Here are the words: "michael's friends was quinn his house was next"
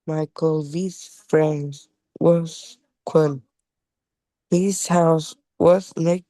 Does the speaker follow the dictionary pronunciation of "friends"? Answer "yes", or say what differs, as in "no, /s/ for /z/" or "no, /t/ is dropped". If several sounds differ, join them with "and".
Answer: yes